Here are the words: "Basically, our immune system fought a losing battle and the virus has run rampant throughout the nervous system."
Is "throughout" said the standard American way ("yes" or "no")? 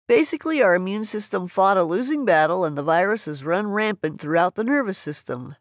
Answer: yes